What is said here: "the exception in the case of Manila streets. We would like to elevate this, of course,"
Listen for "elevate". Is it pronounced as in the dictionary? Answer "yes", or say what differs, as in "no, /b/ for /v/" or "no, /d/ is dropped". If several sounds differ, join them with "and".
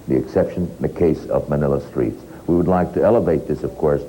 yes